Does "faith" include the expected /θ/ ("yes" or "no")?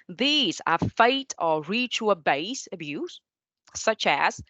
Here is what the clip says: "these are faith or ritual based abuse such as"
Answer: no